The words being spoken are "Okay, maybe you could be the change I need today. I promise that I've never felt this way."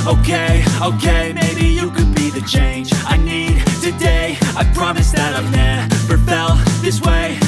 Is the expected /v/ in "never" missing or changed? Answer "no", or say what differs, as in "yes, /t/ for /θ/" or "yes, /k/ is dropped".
yes, /p/ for /v/